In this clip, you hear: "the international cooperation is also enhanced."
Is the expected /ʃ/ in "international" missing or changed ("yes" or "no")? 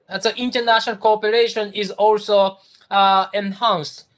no